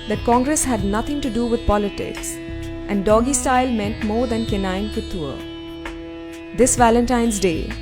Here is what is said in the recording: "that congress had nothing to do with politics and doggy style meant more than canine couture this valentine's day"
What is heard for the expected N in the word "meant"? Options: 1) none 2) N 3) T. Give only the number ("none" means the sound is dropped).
2